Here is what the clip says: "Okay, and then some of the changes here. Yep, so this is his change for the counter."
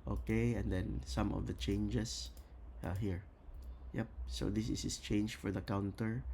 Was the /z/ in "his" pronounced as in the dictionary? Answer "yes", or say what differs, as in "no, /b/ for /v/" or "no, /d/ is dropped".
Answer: no, /s/ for /z/